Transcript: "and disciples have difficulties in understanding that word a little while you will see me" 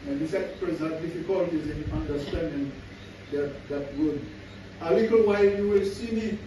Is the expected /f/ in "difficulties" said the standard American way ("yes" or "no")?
yes